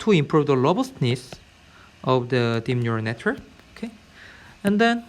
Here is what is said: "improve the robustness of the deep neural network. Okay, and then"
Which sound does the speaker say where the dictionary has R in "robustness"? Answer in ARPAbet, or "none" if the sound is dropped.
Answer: L